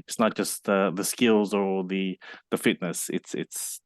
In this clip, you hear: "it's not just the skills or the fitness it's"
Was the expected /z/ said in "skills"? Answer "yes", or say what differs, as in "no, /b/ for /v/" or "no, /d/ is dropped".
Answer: yes